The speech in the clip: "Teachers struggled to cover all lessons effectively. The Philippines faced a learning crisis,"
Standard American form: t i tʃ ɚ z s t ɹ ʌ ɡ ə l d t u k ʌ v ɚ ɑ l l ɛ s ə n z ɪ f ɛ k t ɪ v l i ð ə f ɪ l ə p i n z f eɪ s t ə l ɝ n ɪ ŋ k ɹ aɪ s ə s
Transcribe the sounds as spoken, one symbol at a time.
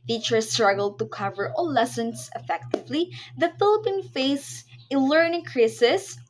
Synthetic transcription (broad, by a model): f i tʃ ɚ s t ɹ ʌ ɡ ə l d t u k ʌ v ɚ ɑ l l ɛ s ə n s ɪ f ɛ k t ɪ v l i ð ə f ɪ l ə p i n f eɪ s ə l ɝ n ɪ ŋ k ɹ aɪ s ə s